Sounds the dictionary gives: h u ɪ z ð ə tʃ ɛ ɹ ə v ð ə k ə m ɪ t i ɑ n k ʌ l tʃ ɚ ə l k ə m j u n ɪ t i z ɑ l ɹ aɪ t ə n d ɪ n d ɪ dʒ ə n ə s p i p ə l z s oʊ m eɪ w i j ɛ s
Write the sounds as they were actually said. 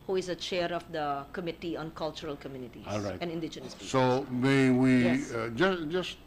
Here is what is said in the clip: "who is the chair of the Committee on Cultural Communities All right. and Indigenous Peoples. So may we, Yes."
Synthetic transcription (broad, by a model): h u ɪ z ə tʃ ɛ ɹ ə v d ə k ə m ɪ t i ɑ n k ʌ l tʃ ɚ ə l k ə m j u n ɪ t i ɑ l ɹ aɪ t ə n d ɪ n d ɪ dʒ ə n ə s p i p s oʊ m eɪ w i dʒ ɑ s